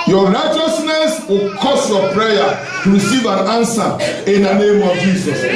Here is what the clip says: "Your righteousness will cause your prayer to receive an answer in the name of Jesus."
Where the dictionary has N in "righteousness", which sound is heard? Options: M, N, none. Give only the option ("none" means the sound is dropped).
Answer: N